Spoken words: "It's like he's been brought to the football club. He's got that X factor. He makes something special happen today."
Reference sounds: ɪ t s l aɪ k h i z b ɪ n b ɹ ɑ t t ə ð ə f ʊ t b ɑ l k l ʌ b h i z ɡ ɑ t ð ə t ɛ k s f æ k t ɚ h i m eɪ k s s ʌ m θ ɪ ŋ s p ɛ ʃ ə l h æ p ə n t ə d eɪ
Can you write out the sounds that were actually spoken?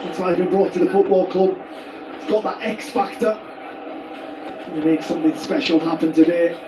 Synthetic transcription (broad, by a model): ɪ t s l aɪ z b ɪ n b ɹ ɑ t t ə ð ə f ʊ t b ɑ l k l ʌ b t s ɡ ɑ t ð ə t ɛ k s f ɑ k t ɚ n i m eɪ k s s ʌ m θ ɪ ŋ s p ɛ ʃ ə l h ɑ p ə n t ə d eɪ